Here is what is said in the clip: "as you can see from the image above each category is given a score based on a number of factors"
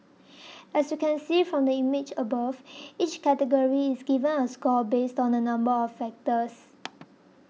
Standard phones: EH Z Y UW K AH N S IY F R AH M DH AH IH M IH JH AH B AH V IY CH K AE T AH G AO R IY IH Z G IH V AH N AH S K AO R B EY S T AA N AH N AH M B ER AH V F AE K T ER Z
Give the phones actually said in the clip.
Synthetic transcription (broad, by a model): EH S Y UW K AH N S IY F R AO M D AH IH M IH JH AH B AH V IY CH K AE T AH G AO R IY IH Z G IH V AH N AH S K AO L B EY S T AA N AH N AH M B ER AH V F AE K T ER S